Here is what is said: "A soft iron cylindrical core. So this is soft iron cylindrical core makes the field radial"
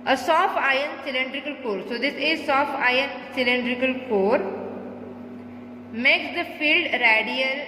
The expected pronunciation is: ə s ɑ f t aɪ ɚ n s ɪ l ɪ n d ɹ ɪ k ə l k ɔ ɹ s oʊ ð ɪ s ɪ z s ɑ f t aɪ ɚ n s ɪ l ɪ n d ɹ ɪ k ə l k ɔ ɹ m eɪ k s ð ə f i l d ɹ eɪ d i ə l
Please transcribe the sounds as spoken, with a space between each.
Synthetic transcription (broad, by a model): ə s ɑ f t aɪ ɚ n s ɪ l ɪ n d ɹ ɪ k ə l k ɔ ɹ s oʊ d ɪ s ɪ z s ɑ f t aɪ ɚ n s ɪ l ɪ n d ɹ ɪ k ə l k ɔ ɹ m eɪ k s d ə f i l d ɹ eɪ d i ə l